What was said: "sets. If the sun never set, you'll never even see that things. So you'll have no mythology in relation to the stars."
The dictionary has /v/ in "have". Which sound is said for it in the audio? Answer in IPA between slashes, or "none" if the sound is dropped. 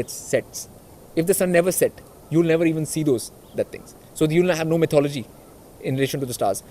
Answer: /v/